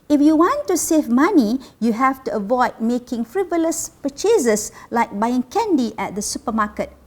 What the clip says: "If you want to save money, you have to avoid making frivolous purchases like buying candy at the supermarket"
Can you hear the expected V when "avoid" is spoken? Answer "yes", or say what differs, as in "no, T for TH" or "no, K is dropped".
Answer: yes